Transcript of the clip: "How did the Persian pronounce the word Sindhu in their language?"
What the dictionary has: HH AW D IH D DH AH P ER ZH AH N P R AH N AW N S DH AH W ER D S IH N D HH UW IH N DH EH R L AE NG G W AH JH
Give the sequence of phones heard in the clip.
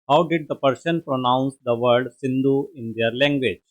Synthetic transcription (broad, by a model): HH AW D IH D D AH P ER S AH N P R AH N AW N S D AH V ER D S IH N D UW IH N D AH R L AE NG G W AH JH